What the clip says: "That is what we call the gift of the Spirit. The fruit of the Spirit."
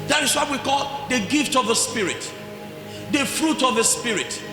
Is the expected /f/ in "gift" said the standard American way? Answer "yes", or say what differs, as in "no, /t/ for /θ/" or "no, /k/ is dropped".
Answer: yes